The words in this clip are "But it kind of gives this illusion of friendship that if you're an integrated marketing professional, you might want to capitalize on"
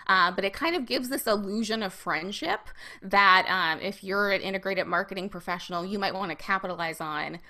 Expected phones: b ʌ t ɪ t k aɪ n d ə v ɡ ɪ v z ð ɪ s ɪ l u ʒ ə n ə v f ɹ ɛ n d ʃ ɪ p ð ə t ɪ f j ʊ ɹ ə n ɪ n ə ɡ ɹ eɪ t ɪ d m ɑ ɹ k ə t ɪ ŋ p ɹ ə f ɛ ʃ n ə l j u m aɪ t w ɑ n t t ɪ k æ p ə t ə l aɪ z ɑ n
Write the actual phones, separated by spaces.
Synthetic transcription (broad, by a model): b ʌ t ɪ t k aɪ n d ə v ɡ ɪ v z ð ɪ s ɪ l u ʒ ə n ə v f ɹ ɛ n d ʃ ɪ p ð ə t ɪ f j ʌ ɹ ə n ɪ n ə ɡ ɹ eɪ t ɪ d m ɑ ɹ k ə t ɪ ŋ p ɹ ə f ɛ ʃ n l j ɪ m aɪ t w ɑ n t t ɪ k æ p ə t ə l aɪ z n